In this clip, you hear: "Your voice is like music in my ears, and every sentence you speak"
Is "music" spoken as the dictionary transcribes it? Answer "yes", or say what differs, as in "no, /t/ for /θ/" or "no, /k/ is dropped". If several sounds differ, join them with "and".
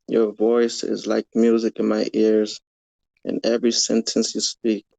yes